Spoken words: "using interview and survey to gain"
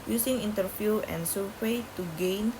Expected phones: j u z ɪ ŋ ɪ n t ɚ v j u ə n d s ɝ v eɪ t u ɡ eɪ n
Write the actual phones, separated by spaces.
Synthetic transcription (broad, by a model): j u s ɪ ŋ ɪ n t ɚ f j u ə n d s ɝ w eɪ t u ɡ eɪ n